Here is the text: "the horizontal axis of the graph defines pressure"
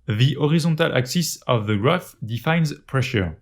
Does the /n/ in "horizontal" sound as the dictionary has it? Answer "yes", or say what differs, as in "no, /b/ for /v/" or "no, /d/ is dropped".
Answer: no, /n/ is dropped